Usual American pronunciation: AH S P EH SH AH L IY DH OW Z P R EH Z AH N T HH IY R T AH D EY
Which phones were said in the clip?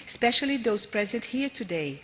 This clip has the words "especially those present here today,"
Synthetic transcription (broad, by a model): S P EH SH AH L IY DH OW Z P R EH Z AH N T HH IY R T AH D EY